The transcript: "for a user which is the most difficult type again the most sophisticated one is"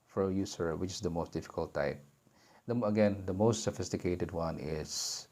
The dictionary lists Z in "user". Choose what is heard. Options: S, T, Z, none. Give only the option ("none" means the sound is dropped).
S